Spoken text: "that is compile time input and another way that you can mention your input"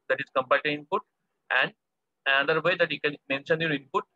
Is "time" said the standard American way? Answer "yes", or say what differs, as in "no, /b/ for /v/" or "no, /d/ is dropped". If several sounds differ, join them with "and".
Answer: no, /m/ is dropped